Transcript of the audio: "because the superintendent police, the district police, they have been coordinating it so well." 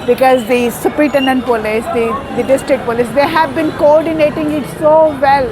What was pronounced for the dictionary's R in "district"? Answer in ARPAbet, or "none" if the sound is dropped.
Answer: R